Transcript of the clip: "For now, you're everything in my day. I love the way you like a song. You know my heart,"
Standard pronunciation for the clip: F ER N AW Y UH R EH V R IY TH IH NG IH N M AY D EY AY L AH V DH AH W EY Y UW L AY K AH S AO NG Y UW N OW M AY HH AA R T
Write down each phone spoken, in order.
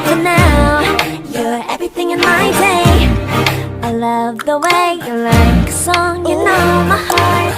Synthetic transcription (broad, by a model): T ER N AW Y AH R EH V R IY TH IH NG IH N M AY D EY AY L AH V DH AH W EY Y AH L AY K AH S AO NG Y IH N OW M AY HH AA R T